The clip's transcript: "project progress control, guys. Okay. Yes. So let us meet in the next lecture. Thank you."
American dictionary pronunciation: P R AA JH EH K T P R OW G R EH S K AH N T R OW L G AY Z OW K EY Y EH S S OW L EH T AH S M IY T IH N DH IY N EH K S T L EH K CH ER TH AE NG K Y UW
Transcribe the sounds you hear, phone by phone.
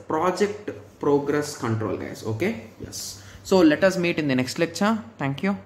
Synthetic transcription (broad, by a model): P R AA JH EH K T P R OW G R EH S K AH N T R OW L G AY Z OW K EY Y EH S S OW L EH T AH S M IY T IH N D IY N EH K S T L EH K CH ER T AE NG K Y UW